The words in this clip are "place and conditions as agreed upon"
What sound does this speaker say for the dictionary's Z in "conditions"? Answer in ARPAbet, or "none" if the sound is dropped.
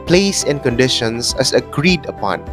S